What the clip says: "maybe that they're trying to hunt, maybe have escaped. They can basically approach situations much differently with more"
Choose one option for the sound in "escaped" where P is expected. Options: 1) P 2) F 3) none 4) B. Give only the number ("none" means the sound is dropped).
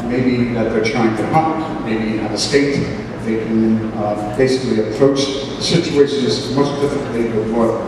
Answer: 3